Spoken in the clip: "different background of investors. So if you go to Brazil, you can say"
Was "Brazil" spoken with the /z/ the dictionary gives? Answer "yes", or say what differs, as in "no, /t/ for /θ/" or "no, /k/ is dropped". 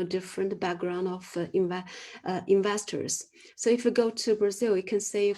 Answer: yes